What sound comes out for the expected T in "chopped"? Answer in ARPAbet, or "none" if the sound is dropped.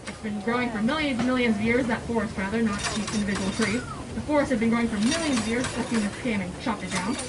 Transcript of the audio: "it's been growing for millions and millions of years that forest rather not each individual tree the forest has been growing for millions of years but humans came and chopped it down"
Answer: none